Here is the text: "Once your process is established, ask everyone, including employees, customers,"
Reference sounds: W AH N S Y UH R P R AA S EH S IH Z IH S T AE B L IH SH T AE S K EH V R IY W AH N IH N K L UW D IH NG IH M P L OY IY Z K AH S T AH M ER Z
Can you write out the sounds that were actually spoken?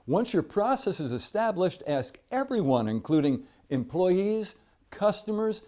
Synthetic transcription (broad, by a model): W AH N S Y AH R P R AA S EH S IH Z IH S T AE B L IH SH T AE S K EH V R IY W AH N IH N K L UW D IH NG IH M P L OY IY Z K AH S T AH M ER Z